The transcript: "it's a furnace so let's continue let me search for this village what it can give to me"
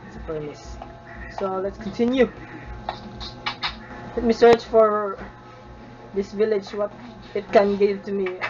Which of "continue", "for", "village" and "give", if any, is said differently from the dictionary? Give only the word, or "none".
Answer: none